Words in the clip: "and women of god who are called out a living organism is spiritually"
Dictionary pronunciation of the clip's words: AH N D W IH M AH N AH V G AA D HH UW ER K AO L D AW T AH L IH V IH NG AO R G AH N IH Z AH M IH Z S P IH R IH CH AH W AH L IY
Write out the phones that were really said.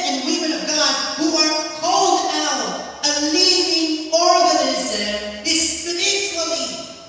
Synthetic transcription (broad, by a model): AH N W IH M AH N AH V G AA D HH UW ER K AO L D AW T AH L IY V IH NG AO R G AH N IH Z AH M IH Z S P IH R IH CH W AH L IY